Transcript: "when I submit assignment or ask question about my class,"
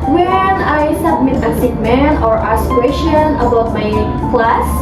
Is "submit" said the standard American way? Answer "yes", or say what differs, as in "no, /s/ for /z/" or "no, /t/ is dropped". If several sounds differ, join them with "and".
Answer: yes